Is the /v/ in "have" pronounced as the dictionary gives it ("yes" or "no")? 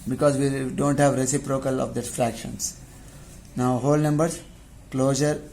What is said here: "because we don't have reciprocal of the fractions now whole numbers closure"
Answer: yes